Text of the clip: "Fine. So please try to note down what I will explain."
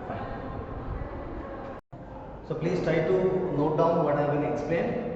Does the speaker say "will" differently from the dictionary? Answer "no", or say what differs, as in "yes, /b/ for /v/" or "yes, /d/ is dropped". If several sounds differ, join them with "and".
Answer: yes, /n/ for /l/